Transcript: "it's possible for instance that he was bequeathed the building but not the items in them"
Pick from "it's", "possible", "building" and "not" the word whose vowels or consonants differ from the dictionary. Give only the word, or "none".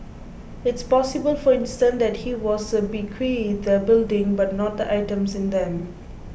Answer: none